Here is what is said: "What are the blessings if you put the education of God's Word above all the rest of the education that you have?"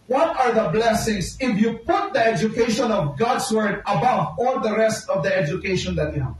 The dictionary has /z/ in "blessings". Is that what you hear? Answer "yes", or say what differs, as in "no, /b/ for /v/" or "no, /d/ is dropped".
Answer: no, /s/ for /z/